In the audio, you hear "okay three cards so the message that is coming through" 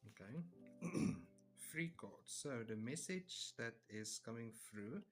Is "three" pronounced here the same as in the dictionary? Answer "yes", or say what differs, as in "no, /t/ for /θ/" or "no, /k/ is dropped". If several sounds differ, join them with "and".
no, /f/ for /θ/